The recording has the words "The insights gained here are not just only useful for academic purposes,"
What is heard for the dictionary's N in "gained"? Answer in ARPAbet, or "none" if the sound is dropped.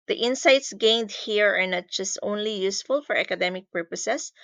N